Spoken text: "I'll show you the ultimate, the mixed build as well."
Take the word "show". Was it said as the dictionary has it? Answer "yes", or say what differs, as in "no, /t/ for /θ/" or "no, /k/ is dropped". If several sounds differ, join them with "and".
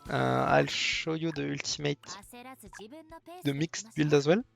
yes